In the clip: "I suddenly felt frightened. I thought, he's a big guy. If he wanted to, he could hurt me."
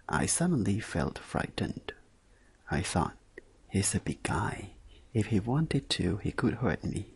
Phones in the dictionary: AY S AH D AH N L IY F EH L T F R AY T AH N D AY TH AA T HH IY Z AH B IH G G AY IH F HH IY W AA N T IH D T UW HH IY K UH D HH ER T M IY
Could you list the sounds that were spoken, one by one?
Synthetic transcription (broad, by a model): AY S AH D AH N L IY F EH L T F R AY T N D AY TH AA T HH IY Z AH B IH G G AY IH F HH IY W AA N T IH D T UW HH IY K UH D HH ER T M IY